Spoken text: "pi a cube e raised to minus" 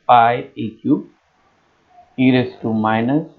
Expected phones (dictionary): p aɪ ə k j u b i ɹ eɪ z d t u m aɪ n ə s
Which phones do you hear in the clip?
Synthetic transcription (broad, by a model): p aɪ ə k j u i ɹ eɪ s t u m aɪ n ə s